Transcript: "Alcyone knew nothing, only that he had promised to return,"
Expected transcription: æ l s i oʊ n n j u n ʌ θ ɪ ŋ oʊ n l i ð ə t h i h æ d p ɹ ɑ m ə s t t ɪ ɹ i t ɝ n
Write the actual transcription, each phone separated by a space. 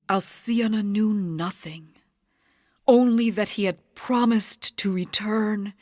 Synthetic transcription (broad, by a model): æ l s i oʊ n n j u n ʌ θ ɪ ŋ oʊ n l i ð ə t h i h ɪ d p ɹ ɑ m ə s t t ɪ ɹ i t ɝ n